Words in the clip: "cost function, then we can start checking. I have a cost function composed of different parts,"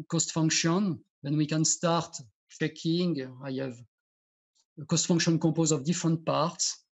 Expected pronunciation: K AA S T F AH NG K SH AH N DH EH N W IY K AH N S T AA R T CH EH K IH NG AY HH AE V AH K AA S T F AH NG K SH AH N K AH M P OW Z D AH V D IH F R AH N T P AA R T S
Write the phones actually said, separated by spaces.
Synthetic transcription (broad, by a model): K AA S T F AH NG K SH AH N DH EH N W IY K AH N S T AA R T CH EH K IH NG AY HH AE V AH K AA S T F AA NG K SH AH N K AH P OW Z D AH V D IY F R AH N T P AA R T S